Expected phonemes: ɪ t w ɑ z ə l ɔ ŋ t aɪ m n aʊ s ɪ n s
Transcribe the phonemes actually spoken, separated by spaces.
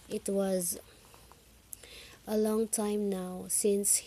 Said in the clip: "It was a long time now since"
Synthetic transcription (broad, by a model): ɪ t w ɑ z ə l ɔ ŋ t aɪ m n aʊ s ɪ n s